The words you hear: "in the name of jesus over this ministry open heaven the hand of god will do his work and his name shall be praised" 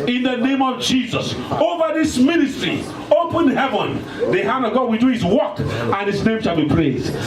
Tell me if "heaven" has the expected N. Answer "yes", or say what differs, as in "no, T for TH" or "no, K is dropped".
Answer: yes